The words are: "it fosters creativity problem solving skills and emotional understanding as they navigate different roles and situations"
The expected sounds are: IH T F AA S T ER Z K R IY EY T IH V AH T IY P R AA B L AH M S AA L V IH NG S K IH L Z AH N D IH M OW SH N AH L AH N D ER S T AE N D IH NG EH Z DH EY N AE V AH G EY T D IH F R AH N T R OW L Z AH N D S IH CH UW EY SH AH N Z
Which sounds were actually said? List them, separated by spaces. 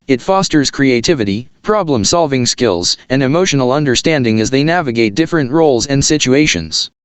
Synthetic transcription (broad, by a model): IH T F AA S T ER Z K R IY EY T IH V AH T IY P R AA B L AH M S AA L V IH NG S K IH L Z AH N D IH M OW SH N L AH N D ER S T AE N D IH NG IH Z DH EY N AE V AH G EY T D IH F R AH N T R OW L Z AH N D S IH CH UW EY SH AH N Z